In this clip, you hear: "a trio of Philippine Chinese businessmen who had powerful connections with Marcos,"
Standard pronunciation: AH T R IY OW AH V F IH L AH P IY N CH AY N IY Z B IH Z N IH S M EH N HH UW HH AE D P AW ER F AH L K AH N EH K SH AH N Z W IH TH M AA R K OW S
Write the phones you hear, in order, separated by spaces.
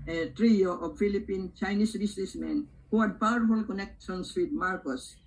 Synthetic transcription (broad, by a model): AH T R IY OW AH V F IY L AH P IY N CH AY N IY S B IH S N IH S M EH N HH UW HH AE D P AW ER F AH L K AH N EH K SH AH N S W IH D M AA R K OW S